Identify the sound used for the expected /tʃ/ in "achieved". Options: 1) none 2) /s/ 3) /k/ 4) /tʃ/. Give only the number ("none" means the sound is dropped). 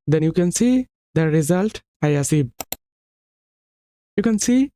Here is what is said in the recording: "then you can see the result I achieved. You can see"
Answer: 2